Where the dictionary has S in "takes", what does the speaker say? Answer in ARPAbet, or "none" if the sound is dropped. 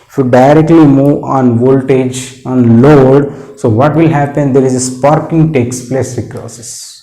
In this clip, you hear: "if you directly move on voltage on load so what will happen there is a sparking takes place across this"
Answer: S